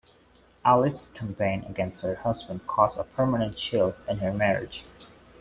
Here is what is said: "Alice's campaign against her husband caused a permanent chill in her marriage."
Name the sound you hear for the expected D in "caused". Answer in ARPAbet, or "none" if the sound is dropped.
none